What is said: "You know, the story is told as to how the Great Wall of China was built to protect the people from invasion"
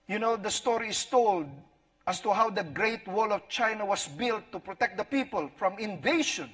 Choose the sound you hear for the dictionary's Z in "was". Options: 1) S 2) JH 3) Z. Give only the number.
1